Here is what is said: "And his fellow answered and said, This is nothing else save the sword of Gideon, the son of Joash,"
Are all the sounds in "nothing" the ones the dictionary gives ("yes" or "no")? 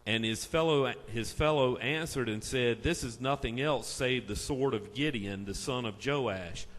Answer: yes